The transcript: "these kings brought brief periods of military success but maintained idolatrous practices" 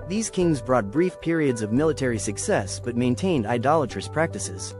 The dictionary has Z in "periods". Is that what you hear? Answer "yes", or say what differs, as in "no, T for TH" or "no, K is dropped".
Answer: yes